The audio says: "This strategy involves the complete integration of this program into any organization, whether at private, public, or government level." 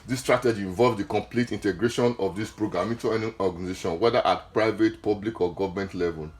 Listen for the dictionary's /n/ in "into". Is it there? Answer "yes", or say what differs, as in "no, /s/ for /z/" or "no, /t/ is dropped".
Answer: no, /n/ is dropped